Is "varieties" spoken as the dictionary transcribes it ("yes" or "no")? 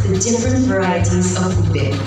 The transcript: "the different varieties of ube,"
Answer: yes